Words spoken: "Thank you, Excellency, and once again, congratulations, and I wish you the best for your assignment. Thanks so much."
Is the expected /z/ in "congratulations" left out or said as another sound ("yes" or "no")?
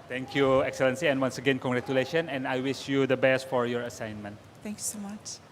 yes